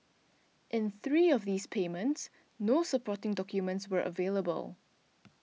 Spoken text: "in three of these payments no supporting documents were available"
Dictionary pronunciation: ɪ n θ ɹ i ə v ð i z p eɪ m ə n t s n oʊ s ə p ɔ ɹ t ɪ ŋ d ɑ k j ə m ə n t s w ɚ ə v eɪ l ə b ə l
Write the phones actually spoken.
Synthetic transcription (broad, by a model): ɪ n θ ɹ i ə v ð i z p eɪ m ə n t s n oʊ s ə p ɔ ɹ t ɪ ŋ d ɑ k j ə m ə n t s w ɚ ə v eɪ l ə b ə l